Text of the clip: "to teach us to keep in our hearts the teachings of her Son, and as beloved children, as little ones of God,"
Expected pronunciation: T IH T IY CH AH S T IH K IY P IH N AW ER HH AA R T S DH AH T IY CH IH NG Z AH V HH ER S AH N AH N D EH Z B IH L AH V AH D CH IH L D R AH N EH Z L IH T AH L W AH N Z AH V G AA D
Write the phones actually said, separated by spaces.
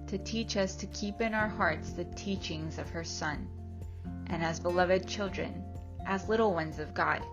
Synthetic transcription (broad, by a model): T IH T IY CH AH S T IH K IY P IH N AW ER HH AA R T S DH AH T IY CH IH NG Z AH V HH ER S AH N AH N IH Z B IH L AH V AH D CH IH L D R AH N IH Z L IH T L W AH N Z AH V G AA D